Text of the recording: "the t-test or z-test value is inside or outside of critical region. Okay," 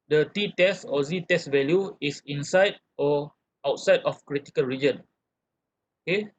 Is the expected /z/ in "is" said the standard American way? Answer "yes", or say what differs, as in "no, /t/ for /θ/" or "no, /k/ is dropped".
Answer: no, /s/ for /z/